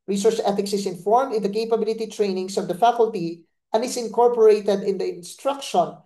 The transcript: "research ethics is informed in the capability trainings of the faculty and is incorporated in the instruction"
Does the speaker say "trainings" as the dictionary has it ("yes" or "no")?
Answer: no